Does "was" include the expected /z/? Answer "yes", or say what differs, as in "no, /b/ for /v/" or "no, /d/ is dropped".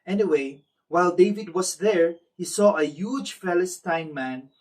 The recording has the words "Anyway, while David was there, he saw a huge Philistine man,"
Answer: no, /s/ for /z/